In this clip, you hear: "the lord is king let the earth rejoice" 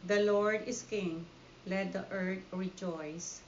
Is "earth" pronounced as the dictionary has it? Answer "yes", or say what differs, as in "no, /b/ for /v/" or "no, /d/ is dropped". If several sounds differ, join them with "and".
no, /t/ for /θ/